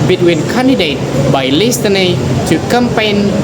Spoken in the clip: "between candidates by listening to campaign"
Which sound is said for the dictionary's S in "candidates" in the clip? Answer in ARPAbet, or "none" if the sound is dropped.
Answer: none